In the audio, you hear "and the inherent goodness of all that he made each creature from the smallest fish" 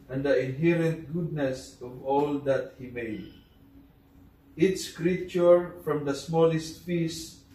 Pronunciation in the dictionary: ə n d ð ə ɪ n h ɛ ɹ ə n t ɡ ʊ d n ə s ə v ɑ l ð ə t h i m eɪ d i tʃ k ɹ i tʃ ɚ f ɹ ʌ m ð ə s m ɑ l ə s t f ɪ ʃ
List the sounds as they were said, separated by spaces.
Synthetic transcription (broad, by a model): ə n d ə ɪ n h ɛ ɹ ə n t ɡ ʊ d n ə s ə v ɑ l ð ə t h i m eɪ d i s k ɹ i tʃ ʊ f ɹ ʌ m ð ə s m ɑ l ə s t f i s